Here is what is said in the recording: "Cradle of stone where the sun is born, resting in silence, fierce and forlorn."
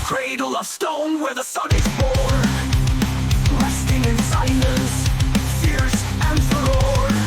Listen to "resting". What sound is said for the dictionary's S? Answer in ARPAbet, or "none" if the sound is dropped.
S